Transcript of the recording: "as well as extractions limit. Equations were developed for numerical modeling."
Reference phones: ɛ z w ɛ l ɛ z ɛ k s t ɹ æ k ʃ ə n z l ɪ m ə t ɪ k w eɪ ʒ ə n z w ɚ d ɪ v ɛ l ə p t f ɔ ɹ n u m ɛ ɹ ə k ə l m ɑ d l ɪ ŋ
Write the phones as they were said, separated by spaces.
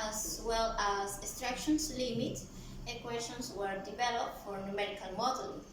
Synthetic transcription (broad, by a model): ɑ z w ɛ l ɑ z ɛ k s t ɹ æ k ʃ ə n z l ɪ m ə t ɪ k w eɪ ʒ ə n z w ɚ d ɪ v ɛ l ə p t f ɔ ɹ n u m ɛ ɹ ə k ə n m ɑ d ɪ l